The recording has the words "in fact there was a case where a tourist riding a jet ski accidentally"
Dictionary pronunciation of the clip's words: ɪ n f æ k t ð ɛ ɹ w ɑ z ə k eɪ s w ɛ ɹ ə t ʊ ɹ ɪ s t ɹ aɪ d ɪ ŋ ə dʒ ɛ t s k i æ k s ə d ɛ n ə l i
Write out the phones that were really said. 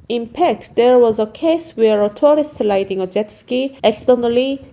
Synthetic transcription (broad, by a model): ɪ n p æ k t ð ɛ ɹ w ɑ z ə k eɪ s w ɛ ɹ ə t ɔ ɹ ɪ s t l aɪ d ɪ ŋ ə dʒ ɛ t s k i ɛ k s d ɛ n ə l i